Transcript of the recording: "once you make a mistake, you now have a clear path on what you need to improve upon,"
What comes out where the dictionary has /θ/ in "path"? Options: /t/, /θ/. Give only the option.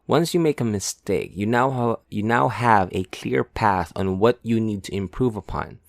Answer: /θ/